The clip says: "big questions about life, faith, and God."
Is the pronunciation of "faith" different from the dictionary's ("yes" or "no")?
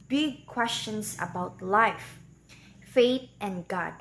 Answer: yes